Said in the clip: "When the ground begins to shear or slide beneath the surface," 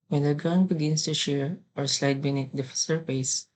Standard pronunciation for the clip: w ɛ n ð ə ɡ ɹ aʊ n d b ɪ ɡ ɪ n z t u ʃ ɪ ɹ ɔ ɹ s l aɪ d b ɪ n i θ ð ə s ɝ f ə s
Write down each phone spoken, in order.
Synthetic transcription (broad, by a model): w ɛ n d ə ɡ aʊ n b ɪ ɡ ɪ n s t u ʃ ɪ ɹ ɔ ɹ s l aɪ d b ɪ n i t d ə s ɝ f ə s